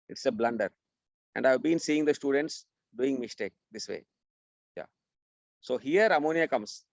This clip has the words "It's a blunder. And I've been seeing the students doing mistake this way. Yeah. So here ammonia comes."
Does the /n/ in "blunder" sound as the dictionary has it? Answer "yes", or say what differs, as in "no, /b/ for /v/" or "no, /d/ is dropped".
yes